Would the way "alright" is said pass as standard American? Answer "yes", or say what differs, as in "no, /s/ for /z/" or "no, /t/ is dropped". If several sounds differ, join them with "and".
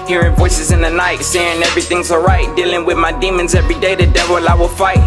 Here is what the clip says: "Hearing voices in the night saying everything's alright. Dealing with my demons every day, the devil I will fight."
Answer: no, /l/ is dropped